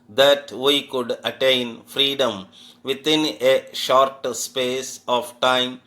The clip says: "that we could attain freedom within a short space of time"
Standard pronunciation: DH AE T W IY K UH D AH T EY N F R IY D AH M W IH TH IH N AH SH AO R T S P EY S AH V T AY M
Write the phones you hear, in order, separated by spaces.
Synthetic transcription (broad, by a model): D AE T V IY K UH D AH T EY N F R IY D AH M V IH T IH N AH SH AO R T S P EY S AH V T AY M